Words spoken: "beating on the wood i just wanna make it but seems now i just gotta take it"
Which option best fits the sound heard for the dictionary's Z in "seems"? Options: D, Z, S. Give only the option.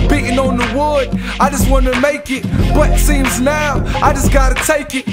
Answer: Z